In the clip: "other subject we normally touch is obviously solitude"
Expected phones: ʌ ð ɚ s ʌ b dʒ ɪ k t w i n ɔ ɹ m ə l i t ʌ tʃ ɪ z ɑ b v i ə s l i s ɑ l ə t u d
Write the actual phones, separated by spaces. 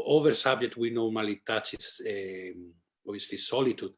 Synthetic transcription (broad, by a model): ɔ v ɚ s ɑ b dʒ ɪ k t w i n ɔ ɹ m ə l i t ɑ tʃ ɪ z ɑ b i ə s l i s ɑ l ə t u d